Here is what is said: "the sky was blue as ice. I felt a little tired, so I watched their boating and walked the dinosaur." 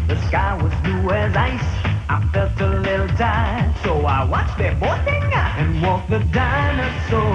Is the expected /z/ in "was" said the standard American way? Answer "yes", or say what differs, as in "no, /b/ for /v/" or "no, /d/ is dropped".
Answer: yes